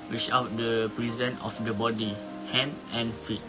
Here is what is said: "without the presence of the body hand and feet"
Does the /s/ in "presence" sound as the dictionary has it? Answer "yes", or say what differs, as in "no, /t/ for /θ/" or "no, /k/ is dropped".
no, /s/ is dropped